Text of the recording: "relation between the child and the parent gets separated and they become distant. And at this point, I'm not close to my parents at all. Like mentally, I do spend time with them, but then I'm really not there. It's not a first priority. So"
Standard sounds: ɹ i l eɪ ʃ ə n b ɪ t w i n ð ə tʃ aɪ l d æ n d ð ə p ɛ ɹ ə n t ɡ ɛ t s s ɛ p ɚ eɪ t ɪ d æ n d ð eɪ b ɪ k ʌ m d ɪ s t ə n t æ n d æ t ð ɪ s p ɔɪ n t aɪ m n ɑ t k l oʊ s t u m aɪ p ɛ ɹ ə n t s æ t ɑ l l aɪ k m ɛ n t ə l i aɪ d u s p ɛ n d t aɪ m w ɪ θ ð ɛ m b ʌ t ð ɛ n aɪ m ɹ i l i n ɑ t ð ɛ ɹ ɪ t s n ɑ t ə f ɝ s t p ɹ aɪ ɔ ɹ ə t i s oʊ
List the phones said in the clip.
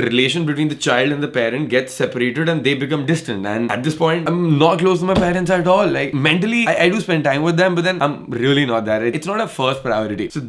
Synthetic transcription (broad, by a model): ɹ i l eɪ ʃ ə n b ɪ t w i n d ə tʃ aɪ l d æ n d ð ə p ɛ ɹ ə n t ɡ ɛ t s s ɛ p ɚ eɪ t ɪ d æ n d eɪ b ɪ k ʌ m d ɪ s t ə n t æ n d æ t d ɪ s p ɔɪ n t aɪ m n ɑ t k l oʊ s t u m aɪ p ɛ ɹ ə n t s æ t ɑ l l aɪ k m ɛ n t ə l i aɪ d u s p ɛ n d t aɪ m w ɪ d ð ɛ m b ʌ t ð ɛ n aɪ m ɹ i l i n ɑ t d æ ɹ ɪ t s n ɑ t ə f ɝ s t p ɹ aɪ ɔ ɹ ə t i s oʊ